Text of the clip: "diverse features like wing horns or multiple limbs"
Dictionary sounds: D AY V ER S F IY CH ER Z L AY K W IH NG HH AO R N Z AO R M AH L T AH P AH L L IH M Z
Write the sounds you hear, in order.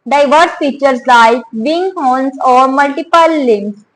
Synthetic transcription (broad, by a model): D AY V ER S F IY CH ER S L AY K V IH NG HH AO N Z AO R M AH L T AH P AH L L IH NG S